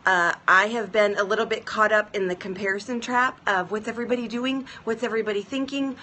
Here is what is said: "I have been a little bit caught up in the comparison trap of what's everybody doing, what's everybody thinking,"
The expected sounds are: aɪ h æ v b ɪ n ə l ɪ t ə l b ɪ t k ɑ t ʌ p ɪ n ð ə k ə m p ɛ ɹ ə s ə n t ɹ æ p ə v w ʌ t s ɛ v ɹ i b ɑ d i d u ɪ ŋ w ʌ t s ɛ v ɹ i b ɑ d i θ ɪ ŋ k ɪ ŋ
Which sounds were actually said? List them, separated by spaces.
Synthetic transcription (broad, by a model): aɪ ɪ v b ɪ n ə l ɪ t l b ɪ t k ɑ t ʌ p ɪ n ð ə k ə m p ɛ ɹ ə s ə n t ɹ æ p ə v w ʌ t s ɛ v ɹ i b ɑ d i d u ɪ ŋ w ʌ t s ɛ v ɹ i b ɑ d i θ ɪ ŋ k ɪ ŋ